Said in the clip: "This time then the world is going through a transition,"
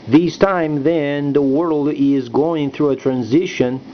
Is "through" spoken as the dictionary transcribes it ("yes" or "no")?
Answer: yes